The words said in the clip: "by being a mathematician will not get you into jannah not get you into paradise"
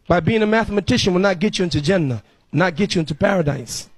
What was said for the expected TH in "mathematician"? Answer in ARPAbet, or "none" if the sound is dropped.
TH